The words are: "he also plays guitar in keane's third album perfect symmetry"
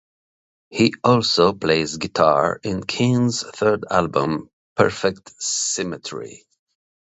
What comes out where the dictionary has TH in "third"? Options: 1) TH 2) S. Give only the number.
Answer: 1